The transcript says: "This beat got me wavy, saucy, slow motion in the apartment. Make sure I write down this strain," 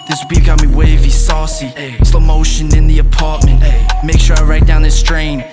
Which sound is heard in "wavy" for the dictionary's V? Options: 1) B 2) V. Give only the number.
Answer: 2